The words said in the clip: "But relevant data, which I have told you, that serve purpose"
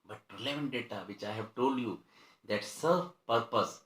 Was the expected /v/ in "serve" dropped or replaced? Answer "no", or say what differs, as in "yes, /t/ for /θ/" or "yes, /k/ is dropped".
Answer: yes, /f/ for /v/